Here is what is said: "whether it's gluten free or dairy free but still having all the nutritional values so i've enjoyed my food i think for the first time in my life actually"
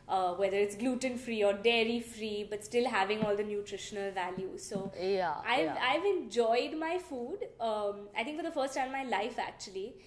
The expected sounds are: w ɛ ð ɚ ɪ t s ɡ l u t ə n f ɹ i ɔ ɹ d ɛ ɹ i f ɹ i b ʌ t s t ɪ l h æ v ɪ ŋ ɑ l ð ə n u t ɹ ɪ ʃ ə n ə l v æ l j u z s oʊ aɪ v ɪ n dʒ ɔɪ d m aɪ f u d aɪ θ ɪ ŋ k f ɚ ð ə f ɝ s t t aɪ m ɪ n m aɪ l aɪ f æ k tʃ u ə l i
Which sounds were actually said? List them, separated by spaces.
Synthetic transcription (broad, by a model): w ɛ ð ɚ ɪ t s ɡ l u t ə n f ɹ i ɔ ɹ d ɛ ɹ i f ɹ i b ʌ t s t ɪ l h æ v ɪ ŋ ɑ l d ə n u t ɹ ɪ ʃ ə n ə l v æ l j u z s oʊ aɪ v ɪ n dʒ ɔɪ d m aɪ f u d aɪ t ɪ ŋ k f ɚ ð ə f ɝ s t t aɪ ɪ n m aɪ l aɪ f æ k tʃ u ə l i